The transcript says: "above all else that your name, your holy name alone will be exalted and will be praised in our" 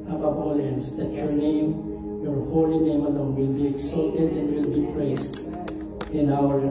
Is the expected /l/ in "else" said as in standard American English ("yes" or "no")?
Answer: no